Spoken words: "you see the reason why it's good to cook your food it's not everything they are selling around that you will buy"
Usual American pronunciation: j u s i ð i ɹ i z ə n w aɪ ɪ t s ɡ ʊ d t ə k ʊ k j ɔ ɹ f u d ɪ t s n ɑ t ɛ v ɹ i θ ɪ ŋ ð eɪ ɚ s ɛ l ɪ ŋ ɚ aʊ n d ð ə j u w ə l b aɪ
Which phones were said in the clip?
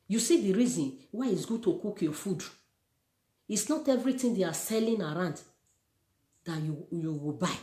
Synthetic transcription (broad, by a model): j u s i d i ɹ i z ə n w aɪ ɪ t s ɡ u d t ə k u k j ɔ f u d ɪ t s n ɑ t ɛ v ɹ i t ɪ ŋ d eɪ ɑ s ɛ l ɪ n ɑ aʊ n d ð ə j u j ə w b aɪ